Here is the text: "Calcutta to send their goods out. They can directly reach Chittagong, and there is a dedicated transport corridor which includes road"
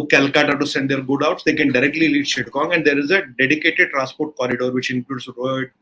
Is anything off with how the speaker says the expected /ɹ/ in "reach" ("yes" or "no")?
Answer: yes